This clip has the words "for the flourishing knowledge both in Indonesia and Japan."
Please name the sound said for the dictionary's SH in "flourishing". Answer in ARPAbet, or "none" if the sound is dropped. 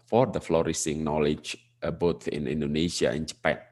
S